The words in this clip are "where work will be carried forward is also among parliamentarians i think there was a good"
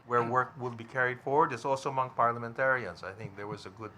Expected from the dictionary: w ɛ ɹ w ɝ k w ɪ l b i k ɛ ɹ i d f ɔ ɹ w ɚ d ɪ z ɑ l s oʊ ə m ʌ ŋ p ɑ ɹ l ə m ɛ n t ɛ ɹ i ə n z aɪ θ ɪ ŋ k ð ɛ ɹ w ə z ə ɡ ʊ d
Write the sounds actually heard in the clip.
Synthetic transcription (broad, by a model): w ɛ ɹ w ɝ k w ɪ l b i k ɛ ɹ i d f ɔ ɹ w ɚ d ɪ s ɑ l s oʊ ə m ʌ ŋ p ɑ ɹ l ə m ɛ n t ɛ ɹ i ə n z aɪ θ ɪ ŋ k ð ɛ ɹ w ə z ə ɡ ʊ d